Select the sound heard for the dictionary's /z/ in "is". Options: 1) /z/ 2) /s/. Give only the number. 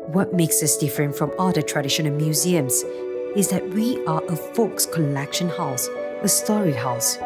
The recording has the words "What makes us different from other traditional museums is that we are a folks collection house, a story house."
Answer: 1